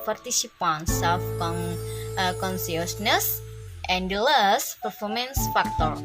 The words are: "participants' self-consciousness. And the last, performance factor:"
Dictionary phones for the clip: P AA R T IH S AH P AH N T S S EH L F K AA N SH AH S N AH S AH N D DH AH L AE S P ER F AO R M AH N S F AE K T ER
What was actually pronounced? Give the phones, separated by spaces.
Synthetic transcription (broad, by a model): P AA R T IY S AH P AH N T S S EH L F K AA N S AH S N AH S AH N D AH L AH S P ER F AO R M AH N S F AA K T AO